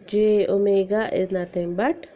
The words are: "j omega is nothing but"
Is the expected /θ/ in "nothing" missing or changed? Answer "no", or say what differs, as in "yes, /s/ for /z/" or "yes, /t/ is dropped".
yes, /t/ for /θ/